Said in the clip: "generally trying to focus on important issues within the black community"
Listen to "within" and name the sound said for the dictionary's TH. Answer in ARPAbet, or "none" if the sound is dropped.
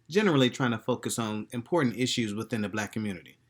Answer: TH